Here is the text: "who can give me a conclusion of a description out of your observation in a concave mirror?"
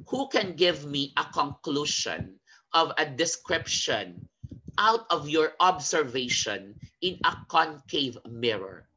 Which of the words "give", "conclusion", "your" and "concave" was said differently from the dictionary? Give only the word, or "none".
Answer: conclusion